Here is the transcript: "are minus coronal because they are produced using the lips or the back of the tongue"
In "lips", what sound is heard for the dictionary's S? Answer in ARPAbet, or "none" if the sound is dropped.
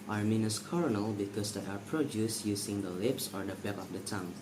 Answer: S